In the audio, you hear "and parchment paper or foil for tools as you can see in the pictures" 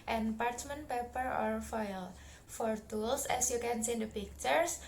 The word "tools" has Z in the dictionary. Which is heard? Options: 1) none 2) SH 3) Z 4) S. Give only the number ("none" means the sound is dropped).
4